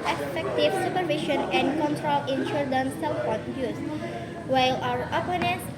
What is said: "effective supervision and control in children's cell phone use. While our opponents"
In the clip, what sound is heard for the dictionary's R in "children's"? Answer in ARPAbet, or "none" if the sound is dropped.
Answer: none